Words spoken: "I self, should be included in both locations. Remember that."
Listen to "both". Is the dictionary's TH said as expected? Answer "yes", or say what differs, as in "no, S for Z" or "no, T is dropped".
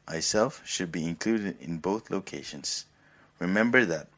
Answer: yes